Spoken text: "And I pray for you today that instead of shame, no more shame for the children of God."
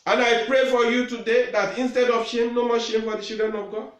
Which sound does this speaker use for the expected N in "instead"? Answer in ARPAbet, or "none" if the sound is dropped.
N